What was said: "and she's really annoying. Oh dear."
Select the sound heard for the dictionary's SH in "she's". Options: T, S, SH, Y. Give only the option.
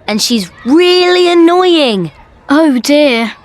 SH